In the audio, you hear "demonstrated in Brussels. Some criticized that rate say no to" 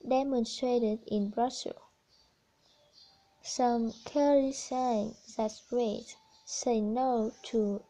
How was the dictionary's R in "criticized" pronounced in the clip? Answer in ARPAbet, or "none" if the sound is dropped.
none